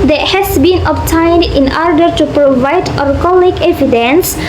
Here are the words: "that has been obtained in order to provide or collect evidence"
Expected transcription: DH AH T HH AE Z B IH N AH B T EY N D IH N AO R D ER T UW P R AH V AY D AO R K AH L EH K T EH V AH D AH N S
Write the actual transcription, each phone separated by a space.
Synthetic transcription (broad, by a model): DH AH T HH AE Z B IH N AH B T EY N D IH N AO R D ER T UW P R AH V AY D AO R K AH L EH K EH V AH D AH N S